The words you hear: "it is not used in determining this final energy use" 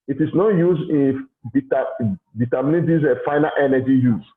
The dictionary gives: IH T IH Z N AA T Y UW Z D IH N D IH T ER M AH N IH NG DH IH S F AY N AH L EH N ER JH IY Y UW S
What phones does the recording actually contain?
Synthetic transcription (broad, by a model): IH T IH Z N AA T Y UW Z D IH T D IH T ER M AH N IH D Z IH F AY N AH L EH N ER JH IY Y UW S